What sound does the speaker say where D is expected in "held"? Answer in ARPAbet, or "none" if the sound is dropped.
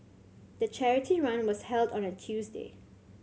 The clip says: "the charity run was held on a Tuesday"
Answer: D